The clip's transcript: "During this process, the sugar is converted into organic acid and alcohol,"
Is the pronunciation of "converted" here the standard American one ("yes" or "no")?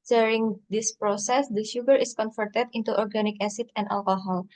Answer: no